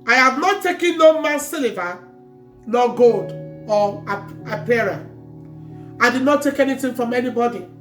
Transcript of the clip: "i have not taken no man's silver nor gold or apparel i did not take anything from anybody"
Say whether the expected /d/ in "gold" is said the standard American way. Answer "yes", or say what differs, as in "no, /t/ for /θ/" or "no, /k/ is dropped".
yes